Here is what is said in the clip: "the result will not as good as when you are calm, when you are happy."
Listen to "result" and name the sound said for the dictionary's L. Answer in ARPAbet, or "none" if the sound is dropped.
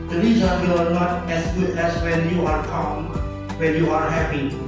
none